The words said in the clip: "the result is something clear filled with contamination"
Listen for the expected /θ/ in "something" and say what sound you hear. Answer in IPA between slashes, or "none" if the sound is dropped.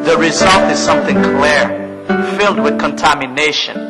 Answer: /θ/